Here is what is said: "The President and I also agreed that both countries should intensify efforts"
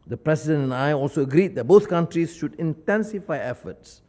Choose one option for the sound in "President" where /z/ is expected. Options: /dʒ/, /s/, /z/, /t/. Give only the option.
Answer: /s/